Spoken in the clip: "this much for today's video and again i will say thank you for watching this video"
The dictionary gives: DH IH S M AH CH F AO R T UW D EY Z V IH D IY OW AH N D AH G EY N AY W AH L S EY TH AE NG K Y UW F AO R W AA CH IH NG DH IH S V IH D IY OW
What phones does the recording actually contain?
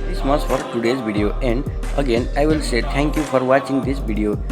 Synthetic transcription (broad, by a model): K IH S M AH S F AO R T UW D EY Z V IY D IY OW AH N D AH G EY N AY W AH L S EY T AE NG K Y UW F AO R W AA CH IH NG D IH S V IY D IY OW